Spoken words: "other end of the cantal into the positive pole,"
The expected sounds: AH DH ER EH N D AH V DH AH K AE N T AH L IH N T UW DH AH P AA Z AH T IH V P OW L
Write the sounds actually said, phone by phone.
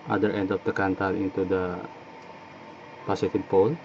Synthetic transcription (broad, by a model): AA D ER EH N D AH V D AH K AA N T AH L IH N T UW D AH P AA S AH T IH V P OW L